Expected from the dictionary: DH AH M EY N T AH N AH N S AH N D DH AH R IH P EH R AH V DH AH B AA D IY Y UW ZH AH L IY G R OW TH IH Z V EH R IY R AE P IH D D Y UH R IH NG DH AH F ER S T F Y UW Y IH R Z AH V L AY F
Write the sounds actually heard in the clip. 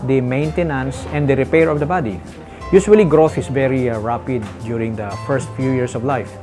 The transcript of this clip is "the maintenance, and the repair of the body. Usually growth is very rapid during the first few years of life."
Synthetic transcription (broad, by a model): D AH M EY N T AH N AH N S AH N D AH R IH P EH R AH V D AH B AA D IY Y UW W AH L IY G R OW TH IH S V EH R IY R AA P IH D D Y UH R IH NG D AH F ER S T F Y UW Y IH R S AH V L AY F